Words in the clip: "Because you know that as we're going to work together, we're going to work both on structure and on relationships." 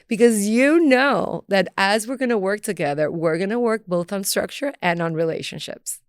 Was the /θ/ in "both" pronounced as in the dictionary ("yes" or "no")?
yes